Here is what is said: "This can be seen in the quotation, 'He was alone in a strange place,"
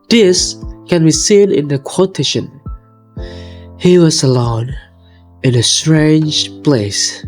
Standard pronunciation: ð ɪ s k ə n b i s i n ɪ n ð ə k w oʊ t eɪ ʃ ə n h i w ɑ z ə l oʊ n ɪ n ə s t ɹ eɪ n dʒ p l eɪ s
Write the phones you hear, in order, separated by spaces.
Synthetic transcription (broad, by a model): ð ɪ s k ə n b i s i n ɪ n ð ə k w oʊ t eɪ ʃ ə n h i w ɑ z ə l oʊ n ɪ n ə s t ɹ eɪ n dʒ p l eɪ s